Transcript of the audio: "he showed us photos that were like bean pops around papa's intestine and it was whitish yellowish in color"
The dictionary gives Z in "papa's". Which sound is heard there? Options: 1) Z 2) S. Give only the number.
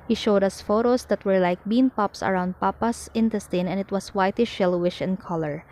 2